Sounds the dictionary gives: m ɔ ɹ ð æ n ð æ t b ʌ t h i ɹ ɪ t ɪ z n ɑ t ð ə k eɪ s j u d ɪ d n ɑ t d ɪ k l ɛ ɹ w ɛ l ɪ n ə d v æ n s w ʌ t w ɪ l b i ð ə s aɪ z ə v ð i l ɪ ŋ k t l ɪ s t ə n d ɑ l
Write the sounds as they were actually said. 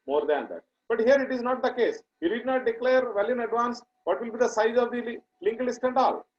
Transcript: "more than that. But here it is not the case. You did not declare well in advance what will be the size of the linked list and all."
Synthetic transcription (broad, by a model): m ɔ ɹ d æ n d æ t b ʌ t h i ɹ ɪ t ɪ z n ɑ t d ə k eɪ s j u d ɪ d n ɑ t d ɪ k l ɛ ɹ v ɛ l ɪ n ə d v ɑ n s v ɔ t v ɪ l b i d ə s aɪ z ə v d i l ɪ ŋ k l ɪ s t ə n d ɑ l